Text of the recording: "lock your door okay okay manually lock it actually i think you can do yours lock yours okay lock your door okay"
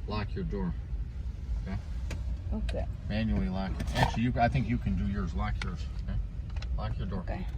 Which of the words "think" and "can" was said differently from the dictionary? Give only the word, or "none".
none